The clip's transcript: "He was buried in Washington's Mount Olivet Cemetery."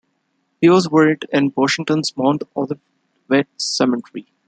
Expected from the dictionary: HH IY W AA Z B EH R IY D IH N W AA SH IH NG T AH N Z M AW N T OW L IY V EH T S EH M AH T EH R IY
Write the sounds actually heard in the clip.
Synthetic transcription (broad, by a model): HH IY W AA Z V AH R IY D IH N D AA SH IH NG T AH N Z M AW N T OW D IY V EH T S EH M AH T R IY